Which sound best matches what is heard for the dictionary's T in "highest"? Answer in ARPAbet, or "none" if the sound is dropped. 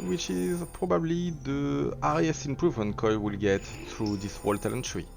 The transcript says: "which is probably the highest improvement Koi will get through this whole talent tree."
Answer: none